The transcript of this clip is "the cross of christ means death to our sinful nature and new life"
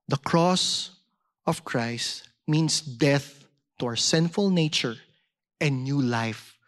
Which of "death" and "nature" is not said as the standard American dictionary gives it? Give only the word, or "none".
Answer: none